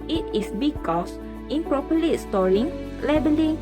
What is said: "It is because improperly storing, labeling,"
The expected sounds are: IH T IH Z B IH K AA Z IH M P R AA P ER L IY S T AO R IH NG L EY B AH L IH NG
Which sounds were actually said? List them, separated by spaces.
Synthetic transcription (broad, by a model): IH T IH S B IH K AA S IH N P R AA P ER L IY S T AO R IH NG L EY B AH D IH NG